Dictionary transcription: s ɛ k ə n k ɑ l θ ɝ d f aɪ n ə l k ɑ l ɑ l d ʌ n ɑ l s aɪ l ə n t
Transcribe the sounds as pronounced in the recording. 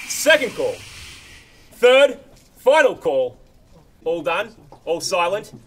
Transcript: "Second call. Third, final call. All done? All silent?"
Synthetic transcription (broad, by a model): s ɛ k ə n k ɑ l θ ɝ d f aɪ n ə l k ɑ l ɑ l d ʌ n ɑ l s aɪ l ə n t